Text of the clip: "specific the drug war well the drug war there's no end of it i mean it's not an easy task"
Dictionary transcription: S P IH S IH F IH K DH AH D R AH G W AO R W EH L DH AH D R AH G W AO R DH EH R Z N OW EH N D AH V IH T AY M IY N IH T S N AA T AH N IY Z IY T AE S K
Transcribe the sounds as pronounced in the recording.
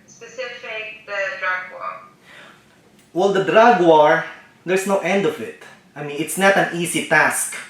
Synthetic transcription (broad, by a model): S P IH S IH F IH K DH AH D R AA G W AO R W EH L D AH D R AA G W AO R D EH R S N OW EH N D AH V IH T AY M IY N IH T S N AA T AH N IY S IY T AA S K